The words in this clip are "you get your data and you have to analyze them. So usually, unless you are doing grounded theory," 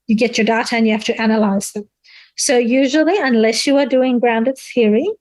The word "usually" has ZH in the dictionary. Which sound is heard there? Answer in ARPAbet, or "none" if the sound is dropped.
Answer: ZH